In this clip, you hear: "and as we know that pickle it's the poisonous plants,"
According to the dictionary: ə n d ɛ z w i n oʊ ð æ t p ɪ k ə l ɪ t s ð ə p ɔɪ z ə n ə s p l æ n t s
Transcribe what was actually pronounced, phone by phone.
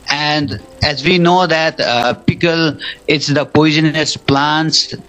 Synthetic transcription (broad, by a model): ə n d ɛ z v i n oʊ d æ t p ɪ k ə l ɪ t s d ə p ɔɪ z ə n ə s p l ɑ n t s